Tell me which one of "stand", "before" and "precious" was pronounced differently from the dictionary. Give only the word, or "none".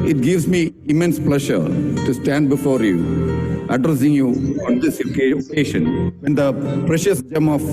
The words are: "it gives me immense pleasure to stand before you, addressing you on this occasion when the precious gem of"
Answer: none